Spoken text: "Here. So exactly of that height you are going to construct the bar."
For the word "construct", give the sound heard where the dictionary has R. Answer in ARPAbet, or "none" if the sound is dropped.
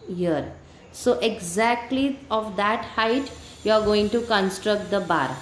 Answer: R